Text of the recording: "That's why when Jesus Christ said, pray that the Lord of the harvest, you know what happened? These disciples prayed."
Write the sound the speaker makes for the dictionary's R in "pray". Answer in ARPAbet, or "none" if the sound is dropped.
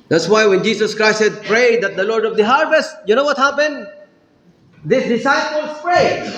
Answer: R